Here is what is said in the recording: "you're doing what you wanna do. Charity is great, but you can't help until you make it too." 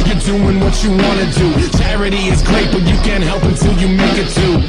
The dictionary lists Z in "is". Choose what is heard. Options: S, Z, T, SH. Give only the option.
Z